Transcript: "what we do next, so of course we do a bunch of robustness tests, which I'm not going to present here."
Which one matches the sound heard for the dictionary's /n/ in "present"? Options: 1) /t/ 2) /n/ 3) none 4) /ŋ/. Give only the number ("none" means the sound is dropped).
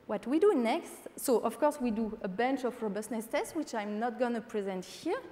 2